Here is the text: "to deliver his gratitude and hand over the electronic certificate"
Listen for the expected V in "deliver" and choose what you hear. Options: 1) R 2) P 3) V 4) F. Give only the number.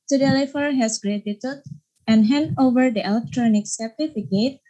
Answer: 4